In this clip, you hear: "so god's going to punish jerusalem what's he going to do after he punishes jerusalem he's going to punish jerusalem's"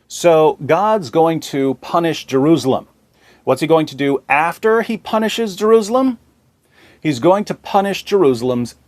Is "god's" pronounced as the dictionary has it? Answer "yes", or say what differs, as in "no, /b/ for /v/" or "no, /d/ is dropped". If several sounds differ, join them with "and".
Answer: yes